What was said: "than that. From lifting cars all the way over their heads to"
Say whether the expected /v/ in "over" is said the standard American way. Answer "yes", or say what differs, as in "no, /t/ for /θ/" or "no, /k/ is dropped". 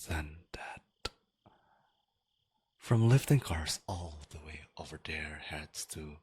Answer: yes